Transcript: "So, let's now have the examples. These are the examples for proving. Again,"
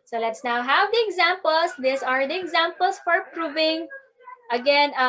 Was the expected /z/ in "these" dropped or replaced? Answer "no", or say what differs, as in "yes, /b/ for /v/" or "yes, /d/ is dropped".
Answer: yes, /s/ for /z/